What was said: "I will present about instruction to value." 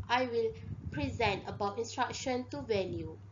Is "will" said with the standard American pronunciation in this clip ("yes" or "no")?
yes